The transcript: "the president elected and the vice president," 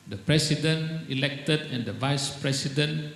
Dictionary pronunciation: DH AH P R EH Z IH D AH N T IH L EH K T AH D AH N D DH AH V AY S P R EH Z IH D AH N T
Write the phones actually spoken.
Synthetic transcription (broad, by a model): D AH P R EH S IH D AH N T IH L EH K T AH D AH N D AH V AY S P R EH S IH D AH N